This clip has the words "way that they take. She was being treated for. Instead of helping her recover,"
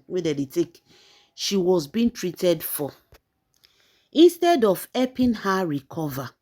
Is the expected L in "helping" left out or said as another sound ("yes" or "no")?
yes